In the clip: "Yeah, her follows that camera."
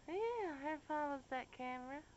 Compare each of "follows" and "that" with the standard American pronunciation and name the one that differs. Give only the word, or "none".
follows